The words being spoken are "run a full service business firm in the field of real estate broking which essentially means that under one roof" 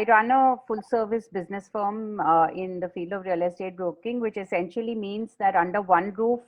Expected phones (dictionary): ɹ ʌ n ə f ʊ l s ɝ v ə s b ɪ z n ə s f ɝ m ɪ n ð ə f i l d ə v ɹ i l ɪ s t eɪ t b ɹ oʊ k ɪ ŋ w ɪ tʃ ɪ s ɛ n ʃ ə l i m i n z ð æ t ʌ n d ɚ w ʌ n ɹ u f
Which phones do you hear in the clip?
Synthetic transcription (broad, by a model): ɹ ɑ n ə f ʊ l s ɝ v ə s b ɪ z n ə s f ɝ m ɪ n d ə f i l d ə v ɹ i l ɪ s t eɪ t b ɹ oʊ k ɪ ŋ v ɪ tʃ ɪ s ɛ n ʃ ə l i m i n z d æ t ʌ n d ɚ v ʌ n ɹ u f